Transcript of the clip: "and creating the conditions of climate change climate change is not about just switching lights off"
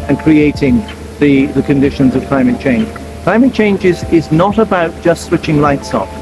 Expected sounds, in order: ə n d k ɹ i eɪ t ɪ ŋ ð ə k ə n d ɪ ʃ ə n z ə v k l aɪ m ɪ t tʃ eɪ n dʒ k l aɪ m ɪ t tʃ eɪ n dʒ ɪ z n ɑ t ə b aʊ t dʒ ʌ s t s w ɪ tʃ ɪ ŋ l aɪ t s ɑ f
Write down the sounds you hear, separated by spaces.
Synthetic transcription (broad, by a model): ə n k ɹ i eɪ t ɪ ŋ ð ə k ə n d ɪ ʃ ə n z ə v k l aɪ m ɪ t tʃ eɪ n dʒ k l aɪ m ɪ t tʃ eɪ n dʒ ɪ z n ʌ t ə b aʊ t dʒ ʌ s t s w ɪ tʃ ɪ ŋ l aɪ t s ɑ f